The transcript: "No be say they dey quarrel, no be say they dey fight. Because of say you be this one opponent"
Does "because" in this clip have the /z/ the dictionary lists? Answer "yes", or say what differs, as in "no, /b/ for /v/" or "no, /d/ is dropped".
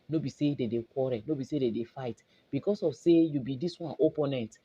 no, /s/ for /z/